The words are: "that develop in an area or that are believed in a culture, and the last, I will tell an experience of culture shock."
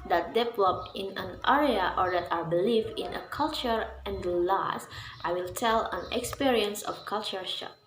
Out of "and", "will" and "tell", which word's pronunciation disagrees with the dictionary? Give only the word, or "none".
none